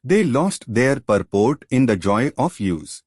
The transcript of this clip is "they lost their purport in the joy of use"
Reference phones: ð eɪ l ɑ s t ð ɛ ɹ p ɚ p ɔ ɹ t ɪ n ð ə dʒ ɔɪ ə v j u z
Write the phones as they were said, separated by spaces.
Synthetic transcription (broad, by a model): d eɪ l ɑ s t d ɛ ɹ p ɚ p ɔ ɹ t ɪ n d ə dʒ ɔɪ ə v j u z